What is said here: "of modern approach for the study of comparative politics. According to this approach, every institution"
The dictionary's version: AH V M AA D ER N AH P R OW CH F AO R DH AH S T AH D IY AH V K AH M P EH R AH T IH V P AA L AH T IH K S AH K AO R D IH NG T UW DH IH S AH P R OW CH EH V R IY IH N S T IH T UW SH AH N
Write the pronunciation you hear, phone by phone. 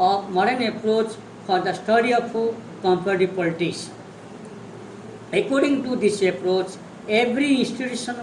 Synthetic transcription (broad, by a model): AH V M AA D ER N AH P R OW CH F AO R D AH S T AH D IY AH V K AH M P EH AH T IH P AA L T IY S AH K AO R D IH NG T UW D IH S AH P R OW CH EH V R IY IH N S T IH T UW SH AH N